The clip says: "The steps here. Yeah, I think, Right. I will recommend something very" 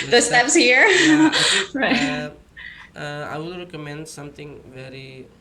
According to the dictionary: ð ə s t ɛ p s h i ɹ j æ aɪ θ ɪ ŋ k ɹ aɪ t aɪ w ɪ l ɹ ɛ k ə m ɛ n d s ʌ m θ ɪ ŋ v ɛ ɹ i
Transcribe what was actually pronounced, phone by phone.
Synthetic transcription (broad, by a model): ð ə s t ɛ p s h i ɹ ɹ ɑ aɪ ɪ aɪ aɪ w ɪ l ɹ ɛ k ə m ɛ n d s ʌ m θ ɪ ŋ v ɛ ɹ i